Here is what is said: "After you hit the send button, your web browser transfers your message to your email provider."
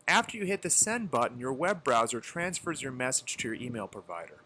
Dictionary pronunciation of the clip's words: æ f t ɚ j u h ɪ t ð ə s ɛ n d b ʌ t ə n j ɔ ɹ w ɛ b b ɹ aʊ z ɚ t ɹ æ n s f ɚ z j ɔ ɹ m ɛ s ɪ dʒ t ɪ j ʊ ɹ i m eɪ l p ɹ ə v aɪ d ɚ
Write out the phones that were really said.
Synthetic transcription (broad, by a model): æ f t ɚ j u h ɪ t ð ə s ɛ n b ʌ t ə n j ɔ ɹ w ɛ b b ɹ aʊ z ɚ t ɹ æ n s f ɚ z j ɔ ɹ m ɛ s ɪ dʒ t ɪ j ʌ ɹ i m eɪ l p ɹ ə v aɪ d ɚ